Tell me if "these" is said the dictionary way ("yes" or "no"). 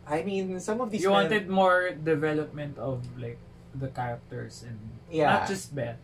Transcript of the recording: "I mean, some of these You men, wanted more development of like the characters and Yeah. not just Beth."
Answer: no